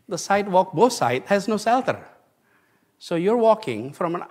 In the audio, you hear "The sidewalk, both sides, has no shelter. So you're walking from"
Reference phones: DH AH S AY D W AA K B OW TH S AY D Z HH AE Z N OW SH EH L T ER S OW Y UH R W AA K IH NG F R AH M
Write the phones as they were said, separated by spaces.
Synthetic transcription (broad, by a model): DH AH S AY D W AA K B OW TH S AY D HH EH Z N OW S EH L T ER S OW Y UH R W AA K IH NG F R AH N